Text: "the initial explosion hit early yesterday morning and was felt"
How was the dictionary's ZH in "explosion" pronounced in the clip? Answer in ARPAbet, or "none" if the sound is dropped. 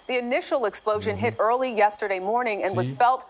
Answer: ZH